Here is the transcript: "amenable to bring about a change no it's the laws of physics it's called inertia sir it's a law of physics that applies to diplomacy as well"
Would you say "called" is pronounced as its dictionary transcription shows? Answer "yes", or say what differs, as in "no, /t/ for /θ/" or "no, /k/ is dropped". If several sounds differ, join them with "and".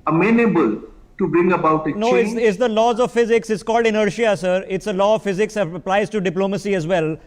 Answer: yes